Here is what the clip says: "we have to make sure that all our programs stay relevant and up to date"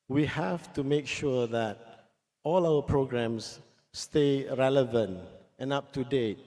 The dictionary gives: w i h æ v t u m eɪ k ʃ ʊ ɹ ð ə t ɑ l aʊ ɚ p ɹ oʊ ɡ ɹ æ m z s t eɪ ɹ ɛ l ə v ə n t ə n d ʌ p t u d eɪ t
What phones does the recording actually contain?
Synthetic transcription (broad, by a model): w i h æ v t u m eɪ k ʃ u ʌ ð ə t ɑ l aʊ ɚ p ɹ oʊ ɡ ɹ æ m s s t eɪ ɹ ɛ l ə v ə n t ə n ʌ p t u d eɪ t